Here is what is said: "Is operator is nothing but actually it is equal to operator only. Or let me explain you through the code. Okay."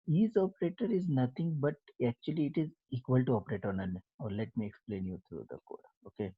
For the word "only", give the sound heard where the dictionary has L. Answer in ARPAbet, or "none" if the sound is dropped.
none